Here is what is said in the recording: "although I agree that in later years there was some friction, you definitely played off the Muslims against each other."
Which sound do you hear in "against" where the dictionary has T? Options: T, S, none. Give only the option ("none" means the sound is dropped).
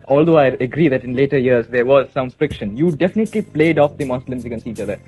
none